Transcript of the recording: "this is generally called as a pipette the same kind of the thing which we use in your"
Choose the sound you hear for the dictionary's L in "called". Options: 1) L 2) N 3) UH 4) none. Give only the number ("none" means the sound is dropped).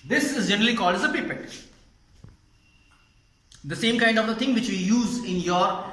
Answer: 1